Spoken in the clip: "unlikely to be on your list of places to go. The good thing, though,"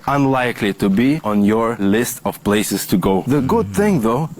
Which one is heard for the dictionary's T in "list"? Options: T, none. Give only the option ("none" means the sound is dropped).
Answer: T